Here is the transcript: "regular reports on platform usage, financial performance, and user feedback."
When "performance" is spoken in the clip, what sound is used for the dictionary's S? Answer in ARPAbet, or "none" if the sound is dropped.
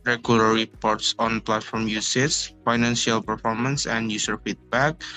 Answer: S